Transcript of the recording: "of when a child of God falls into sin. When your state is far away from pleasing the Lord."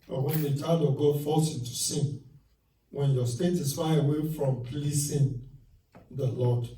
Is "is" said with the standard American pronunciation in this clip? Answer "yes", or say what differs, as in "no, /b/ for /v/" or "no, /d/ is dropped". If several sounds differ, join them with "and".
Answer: no, /s/ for /z/